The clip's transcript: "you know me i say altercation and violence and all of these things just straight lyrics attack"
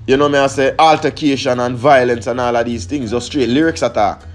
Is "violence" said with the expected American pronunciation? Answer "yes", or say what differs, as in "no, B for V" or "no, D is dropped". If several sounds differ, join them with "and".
yes